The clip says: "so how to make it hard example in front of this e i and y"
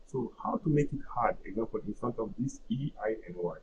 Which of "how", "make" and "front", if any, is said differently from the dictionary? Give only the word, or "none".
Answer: none